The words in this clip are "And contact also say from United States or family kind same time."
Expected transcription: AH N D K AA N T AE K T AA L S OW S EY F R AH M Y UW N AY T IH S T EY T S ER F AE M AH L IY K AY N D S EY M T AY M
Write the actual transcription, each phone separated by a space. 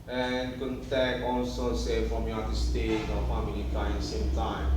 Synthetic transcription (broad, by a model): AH N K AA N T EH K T AA L S OW S EY F R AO M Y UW AY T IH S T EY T AO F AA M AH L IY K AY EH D S EY M T AY M